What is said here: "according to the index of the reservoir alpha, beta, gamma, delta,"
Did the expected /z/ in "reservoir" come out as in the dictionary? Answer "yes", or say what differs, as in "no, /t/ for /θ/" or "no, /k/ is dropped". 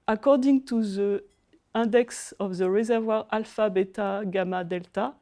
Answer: yes